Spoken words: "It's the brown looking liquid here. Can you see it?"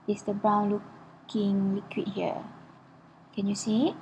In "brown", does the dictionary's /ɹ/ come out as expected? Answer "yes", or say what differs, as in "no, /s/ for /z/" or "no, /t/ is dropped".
no, /ɹ/ is dropped